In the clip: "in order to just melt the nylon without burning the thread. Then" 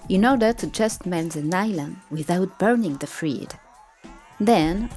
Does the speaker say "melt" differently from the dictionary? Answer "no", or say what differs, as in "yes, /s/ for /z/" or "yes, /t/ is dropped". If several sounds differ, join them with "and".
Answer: yes, /n/ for /l/